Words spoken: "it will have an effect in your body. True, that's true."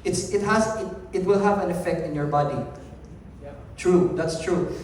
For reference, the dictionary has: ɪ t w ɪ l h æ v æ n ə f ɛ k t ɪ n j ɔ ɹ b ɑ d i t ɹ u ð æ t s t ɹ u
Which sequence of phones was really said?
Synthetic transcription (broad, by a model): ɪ t w ɪ l h æ v æ n ə f ɛ k t ɪ n j ɔ ɹ b ɑ d i t ɹ u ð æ t s t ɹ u